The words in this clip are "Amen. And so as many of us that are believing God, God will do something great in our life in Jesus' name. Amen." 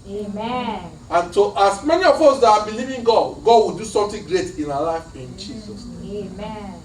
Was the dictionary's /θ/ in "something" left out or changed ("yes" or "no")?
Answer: yes